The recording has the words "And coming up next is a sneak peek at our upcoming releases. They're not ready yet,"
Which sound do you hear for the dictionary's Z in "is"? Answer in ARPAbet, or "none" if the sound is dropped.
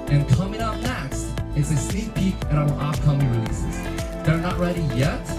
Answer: S